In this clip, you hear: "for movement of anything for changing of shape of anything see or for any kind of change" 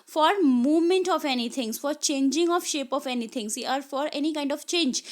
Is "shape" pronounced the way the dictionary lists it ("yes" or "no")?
yes